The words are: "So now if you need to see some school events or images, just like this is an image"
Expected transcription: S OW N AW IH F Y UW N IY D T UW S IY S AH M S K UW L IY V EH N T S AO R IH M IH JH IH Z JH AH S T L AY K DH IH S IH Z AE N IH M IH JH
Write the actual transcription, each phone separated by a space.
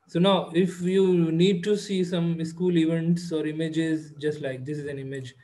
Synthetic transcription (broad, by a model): S OW N AW IH F Y UW N IY D T UW S IY S AH M S K UW L IY V EH N T S AO R IH M IH JH IH Z JH AH S T L AY K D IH S IH Z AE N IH M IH JH